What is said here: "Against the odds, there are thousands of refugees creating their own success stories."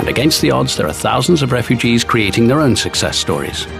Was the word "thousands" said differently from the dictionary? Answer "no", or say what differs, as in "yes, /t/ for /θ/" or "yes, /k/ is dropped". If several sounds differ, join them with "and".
no